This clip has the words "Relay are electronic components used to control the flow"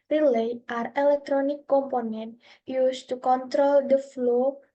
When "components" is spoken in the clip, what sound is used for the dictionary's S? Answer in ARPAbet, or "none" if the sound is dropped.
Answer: none